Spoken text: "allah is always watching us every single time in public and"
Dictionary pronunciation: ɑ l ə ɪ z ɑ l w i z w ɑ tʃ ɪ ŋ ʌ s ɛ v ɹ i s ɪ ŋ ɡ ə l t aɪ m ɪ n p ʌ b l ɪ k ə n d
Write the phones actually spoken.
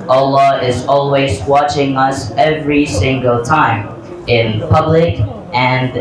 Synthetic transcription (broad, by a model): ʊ l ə ɪ z ɑ l w i z w ɑ tʃ ɪ ŋ ʌ s ɛ v ɹ i s ɪ ŋ ɡ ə l t aɪ m ɪ n p ʌ b l ɪ k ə n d